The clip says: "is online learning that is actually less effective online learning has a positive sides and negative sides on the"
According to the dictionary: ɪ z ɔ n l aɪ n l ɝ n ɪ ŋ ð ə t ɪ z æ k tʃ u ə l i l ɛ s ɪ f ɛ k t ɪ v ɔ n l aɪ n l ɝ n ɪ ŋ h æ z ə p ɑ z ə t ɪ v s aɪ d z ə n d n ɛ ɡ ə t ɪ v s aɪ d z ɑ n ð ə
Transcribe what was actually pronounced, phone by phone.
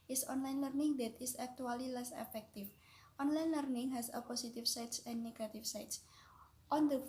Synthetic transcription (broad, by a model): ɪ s ɔ n l aɪ n l ɝ n ɪ ŋ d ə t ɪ s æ k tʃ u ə l i l ɛ s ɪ f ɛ k t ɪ f ɔ n l aɪ n l ɝ n ɪ ŋ h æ s ə p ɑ s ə t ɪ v s aɪ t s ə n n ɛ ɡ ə t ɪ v s aɪ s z ɑ n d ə